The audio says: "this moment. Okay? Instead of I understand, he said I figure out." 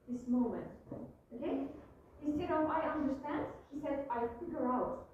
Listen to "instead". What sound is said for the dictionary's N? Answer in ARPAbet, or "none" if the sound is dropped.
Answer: none